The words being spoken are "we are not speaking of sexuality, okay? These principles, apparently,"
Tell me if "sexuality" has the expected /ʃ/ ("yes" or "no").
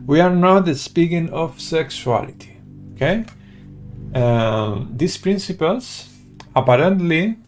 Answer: no